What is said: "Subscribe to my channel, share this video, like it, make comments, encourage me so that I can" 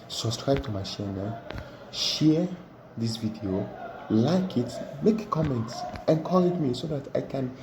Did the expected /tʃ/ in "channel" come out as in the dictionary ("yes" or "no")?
no